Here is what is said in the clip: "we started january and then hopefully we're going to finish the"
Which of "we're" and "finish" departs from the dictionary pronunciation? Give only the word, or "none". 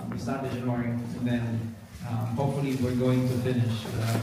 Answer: none